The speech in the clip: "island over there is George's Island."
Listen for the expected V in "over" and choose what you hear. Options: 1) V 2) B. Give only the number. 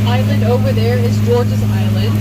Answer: 1